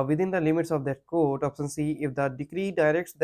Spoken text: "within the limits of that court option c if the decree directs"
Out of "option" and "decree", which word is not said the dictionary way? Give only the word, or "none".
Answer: option